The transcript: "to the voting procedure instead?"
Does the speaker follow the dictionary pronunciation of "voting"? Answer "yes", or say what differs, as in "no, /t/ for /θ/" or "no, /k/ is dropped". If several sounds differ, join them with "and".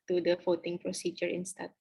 no, /f/ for /v/